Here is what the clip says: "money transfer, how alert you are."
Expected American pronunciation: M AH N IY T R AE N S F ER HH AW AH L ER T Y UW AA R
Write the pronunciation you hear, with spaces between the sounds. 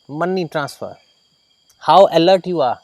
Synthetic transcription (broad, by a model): M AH N IY T R AE N S F ER HH AW AH L ER T Y UW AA R